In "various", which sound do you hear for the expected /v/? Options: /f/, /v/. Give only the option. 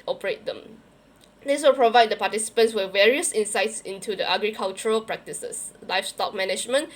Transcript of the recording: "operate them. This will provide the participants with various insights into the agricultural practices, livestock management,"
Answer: /v/